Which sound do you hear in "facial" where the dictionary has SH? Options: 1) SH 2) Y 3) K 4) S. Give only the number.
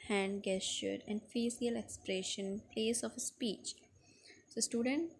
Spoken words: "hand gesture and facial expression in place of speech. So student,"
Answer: 4